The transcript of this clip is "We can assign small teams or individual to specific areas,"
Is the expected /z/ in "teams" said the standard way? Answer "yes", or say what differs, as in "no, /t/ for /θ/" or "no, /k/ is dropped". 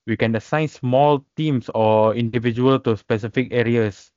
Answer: no, /s/ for /z/